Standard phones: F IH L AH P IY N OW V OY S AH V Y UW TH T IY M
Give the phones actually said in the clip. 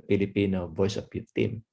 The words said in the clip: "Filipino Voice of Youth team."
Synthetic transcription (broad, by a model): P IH L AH P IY N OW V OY S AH P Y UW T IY M